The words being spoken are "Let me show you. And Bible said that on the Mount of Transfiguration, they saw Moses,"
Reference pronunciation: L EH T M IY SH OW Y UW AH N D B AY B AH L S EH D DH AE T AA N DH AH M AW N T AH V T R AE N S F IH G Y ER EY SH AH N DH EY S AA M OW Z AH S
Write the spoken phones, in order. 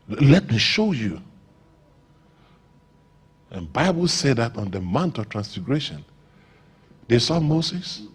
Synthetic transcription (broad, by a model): L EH T M IY SH OW Y UW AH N B AY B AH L S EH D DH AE T AA N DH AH M AW N T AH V T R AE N S F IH G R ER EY SH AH N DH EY S AA M OW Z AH S